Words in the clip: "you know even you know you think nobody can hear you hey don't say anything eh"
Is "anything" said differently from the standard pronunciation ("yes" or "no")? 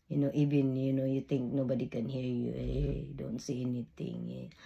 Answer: yes